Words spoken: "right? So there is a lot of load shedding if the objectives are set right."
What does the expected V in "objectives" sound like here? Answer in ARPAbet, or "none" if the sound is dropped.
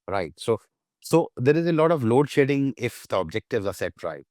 V